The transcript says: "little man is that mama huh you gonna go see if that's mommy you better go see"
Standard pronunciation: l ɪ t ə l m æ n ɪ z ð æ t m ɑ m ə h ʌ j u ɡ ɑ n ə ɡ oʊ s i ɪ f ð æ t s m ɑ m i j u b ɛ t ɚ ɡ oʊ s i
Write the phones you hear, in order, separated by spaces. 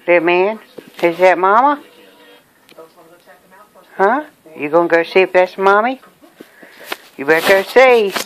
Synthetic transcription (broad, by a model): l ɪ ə m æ n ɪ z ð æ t m ɑ m ə h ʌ j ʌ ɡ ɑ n ɡ oʊ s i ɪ p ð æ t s m ɑ m i j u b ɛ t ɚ ɡ oʊ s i